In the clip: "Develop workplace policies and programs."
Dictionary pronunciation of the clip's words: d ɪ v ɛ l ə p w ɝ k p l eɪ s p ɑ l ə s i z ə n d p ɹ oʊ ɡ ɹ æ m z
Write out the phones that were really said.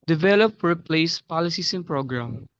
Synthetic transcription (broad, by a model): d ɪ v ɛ l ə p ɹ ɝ p l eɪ s p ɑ l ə s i s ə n p ɹ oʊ ɡ ɹ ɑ m